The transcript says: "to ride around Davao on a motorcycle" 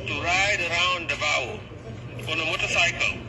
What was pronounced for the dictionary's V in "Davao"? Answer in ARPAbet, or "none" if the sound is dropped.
W